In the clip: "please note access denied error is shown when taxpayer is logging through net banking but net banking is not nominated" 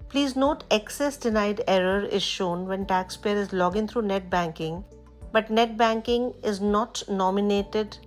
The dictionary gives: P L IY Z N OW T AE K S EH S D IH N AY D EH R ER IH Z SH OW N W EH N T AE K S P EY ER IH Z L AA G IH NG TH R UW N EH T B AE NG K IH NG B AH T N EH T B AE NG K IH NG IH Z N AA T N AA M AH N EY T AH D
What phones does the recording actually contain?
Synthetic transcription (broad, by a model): P L IY Z N OW T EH K S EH S D IH N AY D EH R ER IH Z SH OW N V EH N T AE K S P EY ER IH Z L AA G IH NG T R UW N EH T B AE NG K IH NG B AH T N EH T B AE NG K IH NG IH Z N AA T N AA M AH N EY T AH D